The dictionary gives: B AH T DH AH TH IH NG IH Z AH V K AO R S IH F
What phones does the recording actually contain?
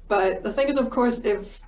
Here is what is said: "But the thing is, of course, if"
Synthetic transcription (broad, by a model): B AH T DH AH TH IH NG IH Z AH V K AO R S IH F